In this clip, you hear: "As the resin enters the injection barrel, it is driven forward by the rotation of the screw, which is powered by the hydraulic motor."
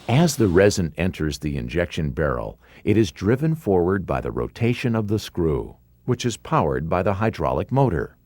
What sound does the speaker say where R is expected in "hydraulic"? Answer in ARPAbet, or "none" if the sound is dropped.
R